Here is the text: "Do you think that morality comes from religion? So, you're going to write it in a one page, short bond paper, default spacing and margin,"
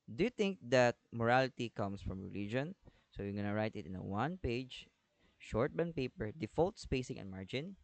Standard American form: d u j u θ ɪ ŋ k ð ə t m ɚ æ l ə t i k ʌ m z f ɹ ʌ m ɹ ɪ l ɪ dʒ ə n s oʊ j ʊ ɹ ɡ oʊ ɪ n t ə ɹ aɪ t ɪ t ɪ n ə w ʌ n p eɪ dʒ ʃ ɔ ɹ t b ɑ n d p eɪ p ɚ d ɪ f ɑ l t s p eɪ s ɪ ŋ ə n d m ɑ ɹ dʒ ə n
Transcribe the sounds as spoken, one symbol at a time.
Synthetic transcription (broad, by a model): d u j u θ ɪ ŋ k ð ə t m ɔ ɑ l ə t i k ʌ m s f ɹ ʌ m ɹ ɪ l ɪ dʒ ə n s oʊ j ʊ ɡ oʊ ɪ n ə ɹ aɪ t ɪ t ɪ n ə w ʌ n p eɪ dʒ ʃ ɔ ɹ t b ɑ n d p eɪ p ɚ d ɪ f ɑ l t s p eɪ s ɪ ŋ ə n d m ɑ ɹ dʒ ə n